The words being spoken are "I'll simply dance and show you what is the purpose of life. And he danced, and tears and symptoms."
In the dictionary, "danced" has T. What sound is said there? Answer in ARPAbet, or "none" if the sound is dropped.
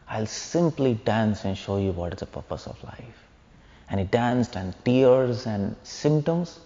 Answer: T